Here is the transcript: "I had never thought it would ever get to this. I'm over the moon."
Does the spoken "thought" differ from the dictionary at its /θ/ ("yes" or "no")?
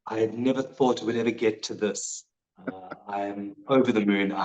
no